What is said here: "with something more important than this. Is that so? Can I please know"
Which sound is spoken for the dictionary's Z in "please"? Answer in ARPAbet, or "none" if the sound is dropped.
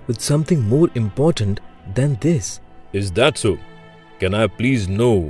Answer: Z